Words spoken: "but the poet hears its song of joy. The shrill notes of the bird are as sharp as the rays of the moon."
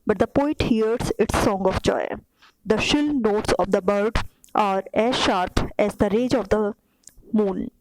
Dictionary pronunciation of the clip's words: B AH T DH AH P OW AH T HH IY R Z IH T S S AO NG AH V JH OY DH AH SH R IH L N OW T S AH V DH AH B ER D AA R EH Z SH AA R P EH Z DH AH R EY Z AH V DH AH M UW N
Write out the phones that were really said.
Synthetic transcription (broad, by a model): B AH T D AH P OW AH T HH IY R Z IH T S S AO NG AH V JH OY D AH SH IH L N OW T S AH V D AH B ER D AA R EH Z SH AA R P EH Z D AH R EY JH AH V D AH M UW N